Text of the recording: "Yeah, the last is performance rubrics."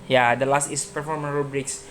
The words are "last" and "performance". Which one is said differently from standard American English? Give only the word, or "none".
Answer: performance